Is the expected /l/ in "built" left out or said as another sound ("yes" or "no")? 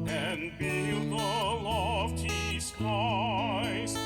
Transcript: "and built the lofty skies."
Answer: yes